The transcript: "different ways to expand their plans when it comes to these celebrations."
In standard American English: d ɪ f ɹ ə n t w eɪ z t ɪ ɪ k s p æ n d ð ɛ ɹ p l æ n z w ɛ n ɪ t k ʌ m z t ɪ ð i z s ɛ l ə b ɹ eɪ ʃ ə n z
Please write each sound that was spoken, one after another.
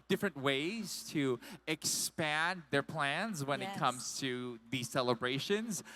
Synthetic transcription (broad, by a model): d ɪ f ɹ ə n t w eɪ z t ɪ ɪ k s p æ n ð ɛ ɹ p l æ n z w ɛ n ɪ t k ʌ m z t ɪ ð i z s ɛ l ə b ɹ eɪ ʃ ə n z